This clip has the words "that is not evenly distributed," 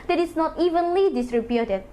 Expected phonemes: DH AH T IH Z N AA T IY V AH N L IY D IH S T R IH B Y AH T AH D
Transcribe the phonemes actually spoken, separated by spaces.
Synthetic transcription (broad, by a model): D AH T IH S N AA T IY V AH N L IY D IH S R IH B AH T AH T